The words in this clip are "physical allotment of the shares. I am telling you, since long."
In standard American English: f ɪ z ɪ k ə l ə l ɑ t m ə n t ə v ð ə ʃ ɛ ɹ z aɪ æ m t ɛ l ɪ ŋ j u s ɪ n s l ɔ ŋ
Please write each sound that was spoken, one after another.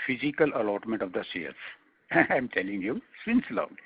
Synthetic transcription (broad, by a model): f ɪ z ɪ k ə l ə l ɑ t m ə n t ə v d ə s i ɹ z aɪ m t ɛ l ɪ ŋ j u s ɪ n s l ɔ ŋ